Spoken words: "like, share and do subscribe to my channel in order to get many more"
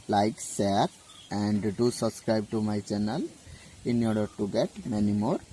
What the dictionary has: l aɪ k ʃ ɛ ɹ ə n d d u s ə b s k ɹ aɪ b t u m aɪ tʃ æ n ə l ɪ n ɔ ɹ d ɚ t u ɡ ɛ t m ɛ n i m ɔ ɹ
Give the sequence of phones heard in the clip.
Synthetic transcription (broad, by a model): l aɪ k s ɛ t ə n d d u s ə b s k ɹ aɪ b t u m aɪ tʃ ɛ n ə l ɪ n ɔ ɹ d ɚ t u ɡ ɛ t m ɛ n i m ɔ ɹ